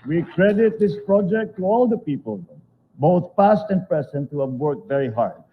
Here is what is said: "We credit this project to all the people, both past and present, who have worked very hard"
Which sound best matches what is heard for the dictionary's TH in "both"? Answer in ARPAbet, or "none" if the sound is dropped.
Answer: T